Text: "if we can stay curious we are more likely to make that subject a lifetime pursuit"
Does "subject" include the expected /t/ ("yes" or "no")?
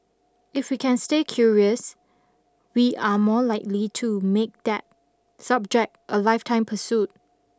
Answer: yes